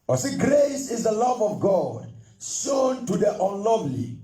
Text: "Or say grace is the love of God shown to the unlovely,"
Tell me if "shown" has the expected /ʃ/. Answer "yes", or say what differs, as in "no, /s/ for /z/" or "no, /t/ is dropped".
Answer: no, /s/ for /ʃ/